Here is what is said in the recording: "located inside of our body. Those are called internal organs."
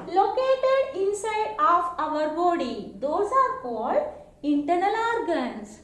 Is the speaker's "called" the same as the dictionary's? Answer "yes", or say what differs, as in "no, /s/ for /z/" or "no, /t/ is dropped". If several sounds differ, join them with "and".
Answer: yes